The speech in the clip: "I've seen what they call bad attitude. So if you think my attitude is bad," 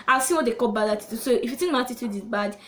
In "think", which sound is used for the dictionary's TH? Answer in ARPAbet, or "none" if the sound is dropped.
T